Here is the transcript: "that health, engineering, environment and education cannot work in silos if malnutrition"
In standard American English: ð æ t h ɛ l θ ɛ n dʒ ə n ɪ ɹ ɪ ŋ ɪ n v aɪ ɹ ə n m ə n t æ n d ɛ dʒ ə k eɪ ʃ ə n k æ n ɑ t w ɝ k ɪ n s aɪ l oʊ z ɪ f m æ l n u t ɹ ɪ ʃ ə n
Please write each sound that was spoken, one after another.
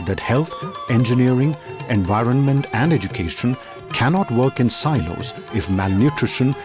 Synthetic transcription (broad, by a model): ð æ t h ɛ l t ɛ n dʒ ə n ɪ ɹ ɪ ŋ ɪ n v aɪ ɹ ə n m ə n t æ n d ɛ dʒ ə k eɪ ʃ ə n k æ n ɑ t w ɝ k ɪ n s aɪ l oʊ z ɪ f m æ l n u t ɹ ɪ ʃ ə n